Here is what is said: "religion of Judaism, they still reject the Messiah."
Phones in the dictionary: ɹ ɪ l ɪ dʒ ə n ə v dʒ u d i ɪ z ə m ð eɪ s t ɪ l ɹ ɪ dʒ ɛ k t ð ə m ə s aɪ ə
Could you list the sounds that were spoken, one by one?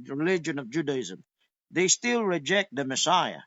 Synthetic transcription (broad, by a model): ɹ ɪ l ɪ dʒ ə n ə v dʒ u d i ɪ z ə m ð eɪ s t ɪ l ɹ ɪ dʒ ɛ k t ð ə m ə s aɪ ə